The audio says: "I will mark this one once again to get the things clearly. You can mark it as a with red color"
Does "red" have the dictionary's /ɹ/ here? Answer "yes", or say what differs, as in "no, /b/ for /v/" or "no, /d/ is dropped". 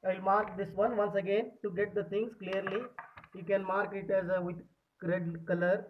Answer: yes